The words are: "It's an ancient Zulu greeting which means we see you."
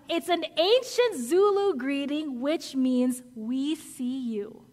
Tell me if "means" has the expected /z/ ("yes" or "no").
yes